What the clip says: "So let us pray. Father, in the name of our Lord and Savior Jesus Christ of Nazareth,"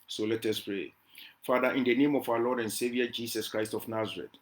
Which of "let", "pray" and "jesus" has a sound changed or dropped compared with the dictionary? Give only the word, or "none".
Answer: jesus